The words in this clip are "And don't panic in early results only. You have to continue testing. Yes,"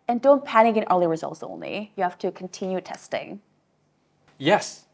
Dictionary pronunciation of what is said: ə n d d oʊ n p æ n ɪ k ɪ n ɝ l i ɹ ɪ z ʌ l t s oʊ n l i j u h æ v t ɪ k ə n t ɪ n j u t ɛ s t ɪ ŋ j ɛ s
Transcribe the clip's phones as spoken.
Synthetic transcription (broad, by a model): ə n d d oʊ n p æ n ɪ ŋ ɪ n ɝ l i ɹ ɪ z ʌ l t s oʊ n l i j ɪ h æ f t ɪ k n t ɪ n j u t ɛ s t ɪ ŋ j ɛ s